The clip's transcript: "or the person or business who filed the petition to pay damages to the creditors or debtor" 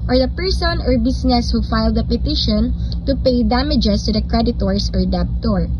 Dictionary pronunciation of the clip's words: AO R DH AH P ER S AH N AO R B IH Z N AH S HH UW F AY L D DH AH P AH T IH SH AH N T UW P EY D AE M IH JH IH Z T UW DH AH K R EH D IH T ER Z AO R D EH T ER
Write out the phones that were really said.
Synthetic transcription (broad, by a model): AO R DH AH P ER S AH N AO R B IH S N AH S HH UW F AY L D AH P AH T IH SH AH N T UW P EY D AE M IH JH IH S T UW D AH K R EH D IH T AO S AO R D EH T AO